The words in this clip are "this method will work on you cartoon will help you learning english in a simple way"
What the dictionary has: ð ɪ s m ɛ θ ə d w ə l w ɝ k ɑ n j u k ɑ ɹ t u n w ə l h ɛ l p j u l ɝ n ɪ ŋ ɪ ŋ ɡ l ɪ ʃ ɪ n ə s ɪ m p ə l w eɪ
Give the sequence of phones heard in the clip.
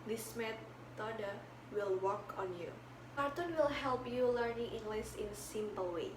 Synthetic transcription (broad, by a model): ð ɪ s m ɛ t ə d w ə l w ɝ k ɑ n j u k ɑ ɹ t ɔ n w ə l h ɛ l p j u l ɝ n ɪ ŋ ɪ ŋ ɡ l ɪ s ɪ n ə s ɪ m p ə l w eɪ